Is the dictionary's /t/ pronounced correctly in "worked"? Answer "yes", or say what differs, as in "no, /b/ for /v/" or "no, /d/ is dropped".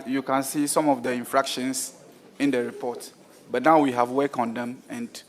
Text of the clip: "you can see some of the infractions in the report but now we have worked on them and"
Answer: no, /t/ is dropped